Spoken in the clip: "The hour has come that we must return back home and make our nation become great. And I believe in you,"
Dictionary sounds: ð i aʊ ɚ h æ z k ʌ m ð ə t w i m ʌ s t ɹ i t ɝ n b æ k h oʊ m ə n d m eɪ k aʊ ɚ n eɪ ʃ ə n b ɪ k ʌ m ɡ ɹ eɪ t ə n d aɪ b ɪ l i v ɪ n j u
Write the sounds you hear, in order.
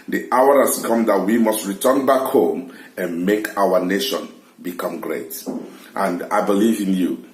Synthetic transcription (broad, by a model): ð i aʊ ɚ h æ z k ʌ m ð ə t w i m ʌ s t ɹ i t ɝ n b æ k h oʊ m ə n m eɪ k aʊ ɚ n eɪ ʃ ə n b ɪ k ʌ m ɡ ɹ eɪ t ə n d aɪ b ɪ l i v ɪ n j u